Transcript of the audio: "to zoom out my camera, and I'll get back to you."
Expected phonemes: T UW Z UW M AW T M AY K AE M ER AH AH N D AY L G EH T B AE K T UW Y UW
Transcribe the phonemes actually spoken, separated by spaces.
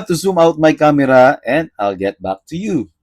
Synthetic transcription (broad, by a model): T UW S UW M AW T M AY K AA M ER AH AH N D AY L G EH T B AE K T UW Y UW